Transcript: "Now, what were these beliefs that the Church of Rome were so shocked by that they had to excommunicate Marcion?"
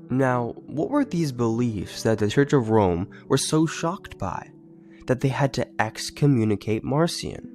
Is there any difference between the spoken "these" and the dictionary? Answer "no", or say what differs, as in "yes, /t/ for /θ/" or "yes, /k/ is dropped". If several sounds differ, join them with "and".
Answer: no